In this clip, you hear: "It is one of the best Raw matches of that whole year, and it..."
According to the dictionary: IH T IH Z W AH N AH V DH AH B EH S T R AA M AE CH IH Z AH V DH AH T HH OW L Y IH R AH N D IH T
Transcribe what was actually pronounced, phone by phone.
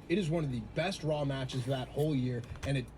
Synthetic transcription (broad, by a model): IH T IH Z W AH N AH V DH AH B EH S T R AA M AE CH IH Z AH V DH AH T HH OW L Y IH R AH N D IH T